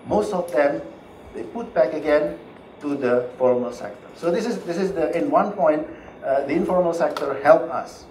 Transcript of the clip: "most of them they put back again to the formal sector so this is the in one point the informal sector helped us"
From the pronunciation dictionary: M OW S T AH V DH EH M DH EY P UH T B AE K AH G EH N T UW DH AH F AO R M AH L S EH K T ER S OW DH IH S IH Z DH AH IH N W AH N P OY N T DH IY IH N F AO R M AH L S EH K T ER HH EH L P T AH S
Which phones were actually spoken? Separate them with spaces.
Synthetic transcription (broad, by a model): M OW S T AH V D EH M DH EY P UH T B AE K AH G EH N T UW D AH F AO R M AH L S EH K T ER S OW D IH S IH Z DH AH IH N W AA N P OY N T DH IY IH N F AO R M AH L S EH K T ER HH EH L P AH S